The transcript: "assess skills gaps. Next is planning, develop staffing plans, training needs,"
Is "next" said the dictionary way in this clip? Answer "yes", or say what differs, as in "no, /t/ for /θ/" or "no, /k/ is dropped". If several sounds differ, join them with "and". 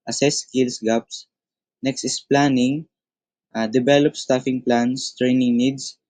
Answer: yes